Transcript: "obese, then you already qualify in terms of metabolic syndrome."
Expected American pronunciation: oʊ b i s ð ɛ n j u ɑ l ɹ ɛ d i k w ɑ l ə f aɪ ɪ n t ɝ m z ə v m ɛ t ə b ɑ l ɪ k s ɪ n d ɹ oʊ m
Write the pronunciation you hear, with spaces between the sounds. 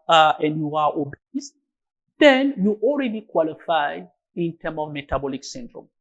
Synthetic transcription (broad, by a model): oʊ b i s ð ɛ n j u ɑ l ɹ ɛ d i k w ɑ l ə f aɪ ɪ n t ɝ m ə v m ɛ t ə b ɑ l ɪ k s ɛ n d ɹ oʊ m